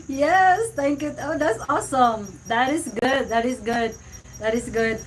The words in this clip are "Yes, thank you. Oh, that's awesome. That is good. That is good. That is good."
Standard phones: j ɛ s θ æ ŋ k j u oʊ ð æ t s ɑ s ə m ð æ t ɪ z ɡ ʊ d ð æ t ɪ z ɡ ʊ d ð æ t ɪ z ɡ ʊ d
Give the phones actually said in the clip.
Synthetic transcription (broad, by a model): j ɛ s t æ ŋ k j u oʊ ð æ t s ɑ s ə m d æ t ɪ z ɡ ʊ d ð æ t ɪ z ɡ ʊ d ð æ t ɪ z ɡ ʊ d